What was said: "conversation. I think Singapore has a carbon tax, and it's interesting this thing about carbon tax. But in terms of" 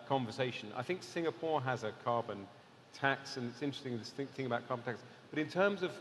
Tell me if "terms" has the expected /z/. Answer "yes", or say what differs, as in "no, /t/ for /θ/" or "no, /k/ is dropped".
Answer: yes